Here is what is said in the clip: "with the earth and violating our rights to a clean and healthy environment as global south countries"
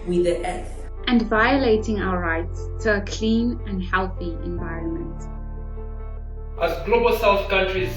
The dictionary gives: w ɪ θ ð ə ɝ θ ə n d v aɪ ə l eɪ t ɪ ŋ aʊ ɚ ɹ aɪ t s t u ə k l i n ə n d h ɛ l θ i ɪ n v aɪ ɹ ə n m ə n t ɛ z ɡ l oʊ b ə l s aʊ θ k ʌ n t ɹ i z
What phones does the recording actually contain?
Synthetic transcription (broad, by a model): w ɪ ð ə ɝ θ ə n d v aɪ ə l eɪ t ɪ ŋ aʊ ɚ ɹ aɪ t s t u ə k l i n ə n d h ɛ l θ i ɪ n v aɪ ɹ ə n m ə n t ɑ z ɡ l oʊ b ə l s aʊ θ k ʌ n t ɹ i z